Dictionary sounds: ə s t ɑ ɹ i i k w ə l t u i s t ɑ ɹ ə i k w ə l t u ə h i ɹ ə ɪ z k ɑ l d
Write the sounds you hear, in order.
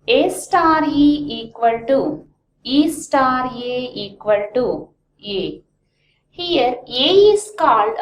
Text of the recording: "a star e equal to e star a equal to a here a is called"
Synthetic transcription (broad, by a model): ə s t ɑ ɹ i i k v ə l t u i s t ɑ ɹ ə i k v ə l t u ə h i ɹ ə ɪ s k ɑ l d